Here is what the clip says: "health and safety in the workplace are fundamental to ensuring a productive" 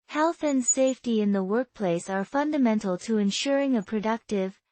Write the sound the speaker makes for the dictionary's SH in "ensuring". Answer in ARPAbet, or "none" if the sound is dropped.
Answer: SH